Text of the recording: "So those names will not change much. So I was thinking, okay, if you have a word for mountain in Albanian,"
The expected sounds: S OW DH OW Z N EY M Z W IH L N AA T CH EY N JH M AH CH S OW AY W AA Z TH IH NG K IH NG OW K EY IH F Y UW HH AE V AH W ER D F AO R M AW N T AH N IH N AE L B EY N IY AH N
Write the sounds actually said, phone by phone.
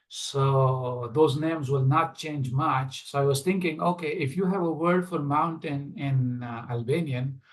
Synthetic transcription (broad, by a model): S OW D OW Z N EY M Z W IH L N AA T CH EY N JH M AH CH S OW AY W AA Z T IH NG K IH NG OW K EY IH F Y UW HH AE V AH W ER D F AO R M AW N T AH N IH N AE L B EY N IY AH N